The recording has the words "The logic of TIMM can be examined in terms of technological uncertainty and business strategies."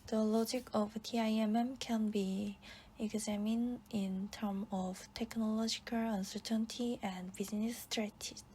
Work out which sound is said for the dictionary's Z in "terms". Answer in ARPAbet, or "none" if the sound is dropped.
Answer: none